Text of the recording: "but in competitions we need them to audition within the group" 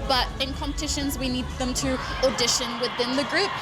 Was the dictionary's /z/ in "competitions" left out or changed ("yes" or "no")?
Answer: no